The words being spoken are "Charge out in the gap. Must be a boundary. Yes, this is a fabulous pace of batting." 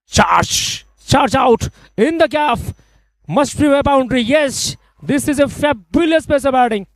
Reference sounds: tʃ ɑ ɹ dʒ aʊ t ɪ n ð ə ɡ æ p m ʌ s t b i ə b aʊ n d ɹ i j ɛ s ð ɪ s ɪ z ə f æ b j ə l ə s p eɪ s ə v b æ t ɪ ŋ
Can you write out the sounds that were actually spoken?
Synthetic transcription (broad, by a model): tʃ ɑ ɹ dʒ aʊ t ɪ n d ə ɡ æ f m ʌ s t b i ə b aʊ n d ɹ i j ɛ s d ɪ s ɪ z ə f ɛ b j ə l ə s p eɪ s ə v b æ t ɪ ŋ